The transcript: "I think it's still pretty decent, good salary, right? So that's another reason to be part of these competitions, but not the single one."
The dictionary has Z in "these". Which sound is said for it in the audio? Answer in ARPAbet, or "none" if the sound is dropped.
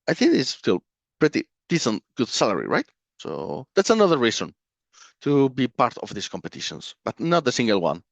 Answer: S